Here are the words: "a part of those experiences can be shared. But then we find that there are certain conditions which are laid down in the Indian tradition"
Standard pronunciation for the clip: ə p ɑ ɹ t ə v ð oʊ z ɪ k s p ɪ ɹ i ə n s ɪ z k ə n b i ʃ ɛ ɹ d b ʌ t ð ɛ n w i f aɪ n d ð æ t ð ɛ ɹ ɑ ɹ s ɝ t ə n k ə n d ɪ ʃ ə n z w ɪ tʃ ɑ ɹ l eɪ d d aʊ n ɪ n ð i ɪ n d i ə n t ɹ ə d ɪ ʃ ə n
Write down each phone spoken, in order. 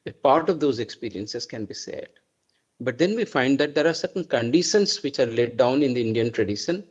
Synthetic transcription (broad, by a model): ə p ɑ ɹ t ə v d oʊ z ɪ k s p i ɹ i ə n s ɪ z k ə n b i s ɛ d b ʌ t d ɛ n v i f aɪ n d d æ t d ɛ ɹ ɑ ɹ s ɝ t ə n k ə n d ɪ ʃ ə n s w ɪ tʃ ɑ ɹ l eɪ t d aʊ n ɪ n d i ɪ n d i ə n t ɹ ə d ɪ ʃ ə n